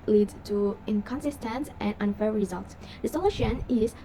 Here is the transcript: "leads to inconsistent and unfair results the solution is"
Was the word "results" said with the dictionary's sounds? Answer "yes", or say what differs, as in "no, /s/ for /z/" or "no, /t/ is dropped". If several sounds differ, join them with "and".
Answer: yes